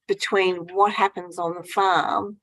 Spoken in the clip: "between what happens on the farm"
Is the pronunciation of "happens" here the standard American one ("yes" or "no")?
yes